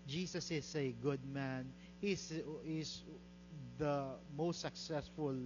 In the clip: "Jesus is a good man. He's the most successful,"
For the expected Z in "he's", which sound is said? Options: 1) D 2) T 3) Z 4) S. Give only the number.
4